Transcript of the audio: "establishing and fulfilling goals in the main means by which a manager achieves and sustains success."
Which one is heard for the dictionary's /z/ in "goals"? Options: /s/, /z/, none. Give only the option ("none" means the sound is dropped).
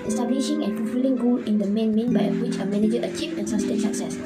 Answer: none